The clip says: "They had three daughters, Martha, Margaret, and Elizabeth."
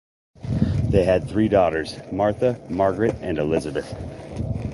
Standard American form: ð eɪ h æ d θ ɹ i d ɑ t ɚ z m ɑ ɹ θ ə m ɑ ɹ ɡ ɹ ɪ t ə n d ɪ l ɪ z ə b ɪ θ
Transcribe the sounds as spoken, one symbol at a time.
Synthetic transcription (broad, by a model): ð eɪ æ d θ ɹ i d ɑ t ɚ z m ɑ ɹ θ ə m ɑ ɹ ɡ ɹ ɪ t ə n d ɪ l ɪ z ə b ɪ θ